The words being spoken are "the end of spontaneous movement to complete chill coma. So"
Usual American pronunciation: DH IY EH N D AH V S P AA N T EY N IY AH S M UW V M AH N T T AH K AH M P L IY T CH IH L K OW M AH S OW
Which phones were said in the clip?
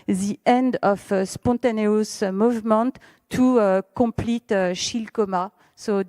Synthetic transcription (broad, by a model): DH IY EH N D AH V S P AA T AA N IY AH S M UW V M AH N T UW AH K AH P L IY T SH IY L K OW M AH S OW